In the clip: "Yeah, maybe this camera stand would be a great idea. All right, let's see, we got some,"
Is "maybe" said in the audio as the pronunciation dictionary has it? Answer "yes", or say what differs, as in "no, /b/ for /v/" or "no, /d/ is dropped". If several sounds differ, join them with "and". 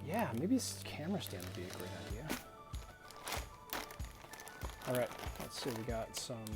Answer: no, /b/ is dropped